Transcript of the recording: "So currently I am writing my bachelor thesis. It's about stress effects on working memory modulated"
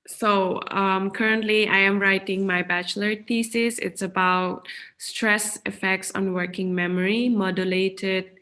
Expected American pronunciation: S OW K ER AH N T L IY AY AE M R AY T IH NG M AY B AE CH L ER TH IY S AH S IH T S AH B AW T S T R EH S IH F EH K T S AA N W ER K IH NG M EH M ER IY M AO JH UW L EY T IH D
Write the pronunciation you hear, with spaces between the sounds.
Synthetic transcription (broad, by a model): S OW K ER AH N T L IY AY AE M R AY T IH NG M AY B AE CH L ER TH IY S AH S IH T S AH B AW T S T R EH S IH F EH K T S AA N W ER K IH NG M EH M ER IY M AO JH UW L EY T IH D